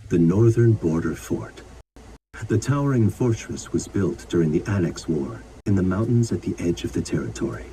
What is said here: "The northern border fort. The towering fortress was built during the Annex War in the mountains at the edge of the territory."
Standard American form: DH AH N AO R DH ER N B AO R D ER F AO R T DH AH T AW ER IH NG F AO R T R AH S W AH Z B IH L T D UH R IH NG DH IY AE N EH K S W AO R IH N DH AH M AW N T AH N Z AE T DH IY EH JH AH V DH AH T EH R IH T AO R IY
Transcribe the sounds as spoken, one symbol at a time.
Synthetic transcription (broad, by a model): DH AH N AO R DH ER N B AO R D ER F AO R T DH AH T AW ER IH NG F AO R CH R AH S W AH Z B IH L T D UH R IH NG DH IY AE N EH K S W AO R IH N DH AH M AW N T N Z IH T DH IY EH JH AH V DH AH T EH R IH T AO R IY